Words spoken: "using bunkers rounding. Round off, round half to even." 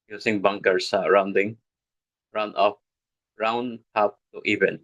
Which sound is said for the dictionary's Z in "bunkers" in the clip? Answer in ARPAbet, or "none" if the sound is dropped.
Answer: S